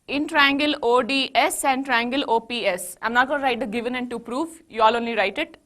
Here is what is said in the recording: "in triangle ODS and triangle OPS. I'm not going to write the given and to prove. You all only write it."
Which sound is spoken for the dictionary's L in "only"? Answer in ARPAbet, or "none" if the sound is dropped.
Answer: L